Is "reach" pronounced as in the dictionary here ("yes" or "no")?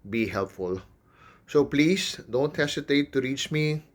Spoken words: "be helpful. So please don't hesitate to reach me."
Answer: yes